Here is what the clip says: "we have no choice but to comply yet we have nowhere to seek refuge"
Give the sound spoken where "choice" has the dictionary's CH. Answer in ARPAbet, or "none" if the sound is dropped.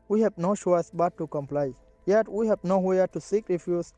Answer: SH